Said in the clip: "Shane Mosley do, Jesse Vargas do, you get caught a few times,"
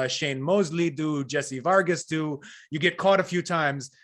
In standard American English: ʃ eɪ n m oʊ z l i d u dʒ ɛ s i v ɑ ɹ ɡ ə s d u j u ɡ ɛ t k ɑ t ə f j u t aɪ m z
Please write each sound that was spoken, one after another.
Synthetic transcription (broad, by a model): ʃ eɪ n m oʊ z l i d u dʒ ɛ s i v ɑ ɹ ɡ ə s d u j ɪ ɡ ɛ t k ɑ t ə f j u t aɪ m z